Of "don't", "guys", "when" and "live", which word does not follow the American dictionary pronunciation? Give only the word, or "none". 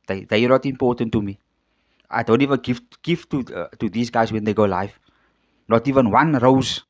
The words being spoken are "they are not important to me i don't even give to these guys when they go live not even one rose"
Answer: live